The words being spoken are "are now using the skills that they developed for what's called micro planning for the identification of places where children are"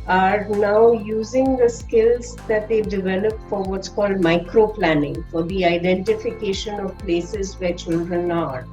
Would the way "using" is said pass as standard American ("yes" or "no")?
yes